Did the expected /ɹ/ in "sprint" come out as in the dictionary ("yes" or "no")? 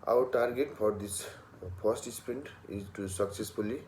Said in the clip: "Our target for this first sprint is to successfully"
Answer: no